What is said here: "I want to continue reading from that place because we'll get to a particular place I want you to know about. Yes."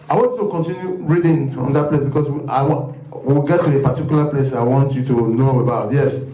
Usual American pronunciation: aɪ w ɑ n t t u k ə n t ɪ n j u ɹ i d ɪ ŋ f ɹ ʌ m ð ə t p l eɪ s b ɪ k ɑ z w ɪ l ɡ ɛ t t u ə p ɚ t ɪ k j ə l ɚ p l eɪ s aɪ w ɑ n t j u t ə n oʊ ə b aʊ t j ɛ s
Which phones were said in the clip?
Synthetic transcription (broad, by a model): aɪ w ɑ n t t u k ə n t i n j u ɹ i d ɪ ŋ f ɹ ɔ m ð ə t p l eɪ s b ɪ k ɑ s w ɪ w ɡ ɛ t t u ə p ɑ t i k j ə l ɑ p l eɪ s aɪ w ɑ n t j u t ə n oʊ ə b aʊ t j ɛ s